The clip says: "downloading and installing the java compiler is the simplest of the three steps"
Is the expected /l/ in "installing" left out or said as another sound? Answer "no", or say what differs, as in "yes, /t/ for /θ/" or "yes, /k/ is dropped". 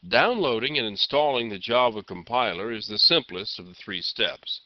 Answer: no